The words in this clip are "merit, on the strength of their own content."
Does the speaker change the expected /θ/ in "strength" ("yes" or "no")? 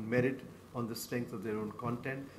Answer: yes